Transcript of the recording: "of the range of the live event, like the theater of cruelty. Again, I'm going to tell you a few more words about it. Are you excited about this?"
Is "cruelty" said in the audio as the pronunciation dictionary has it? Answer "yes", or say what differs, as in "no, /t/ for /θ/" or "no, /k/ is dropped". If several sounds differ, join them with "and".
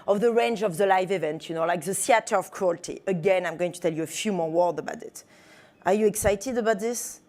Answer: yes